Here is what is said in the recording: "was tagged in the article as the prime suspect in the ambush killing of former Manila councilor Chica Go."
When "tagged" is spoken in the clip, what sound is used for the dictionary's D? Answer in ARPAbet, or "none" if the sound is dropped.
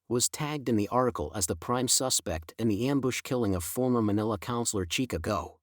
D